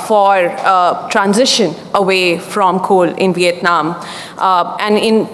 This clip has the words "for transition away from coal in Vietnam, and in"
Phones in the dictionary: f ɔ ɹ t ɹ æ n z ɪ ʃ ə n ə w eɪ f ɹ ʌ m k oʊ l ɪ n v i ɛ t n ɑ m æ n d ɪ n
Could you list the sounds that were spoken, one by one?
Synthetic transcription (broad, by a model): f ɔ ɹ t ɹ æ n z ɪ ʃ ə n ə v eɪ f ɹ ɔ m k oʊ l ɪ n v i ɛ t n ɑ m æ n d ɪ n